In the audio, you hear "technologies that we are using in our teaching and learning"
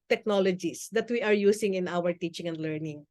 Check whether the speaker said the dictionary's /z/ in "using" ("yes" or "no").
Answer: no